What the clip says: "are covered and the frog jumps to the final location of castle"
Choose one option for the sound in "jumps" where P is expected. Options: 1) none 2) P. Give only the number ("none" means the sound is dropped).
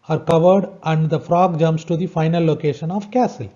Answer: 1